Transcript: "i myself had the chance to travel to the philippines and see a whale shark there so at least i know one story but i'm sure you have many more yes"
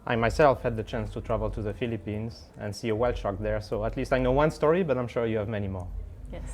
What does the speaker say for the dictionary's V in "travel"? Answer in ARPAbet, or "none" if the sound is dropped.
V